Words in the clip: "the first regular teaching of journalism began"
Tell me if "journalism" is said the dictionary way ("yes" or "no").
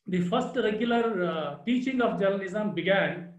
no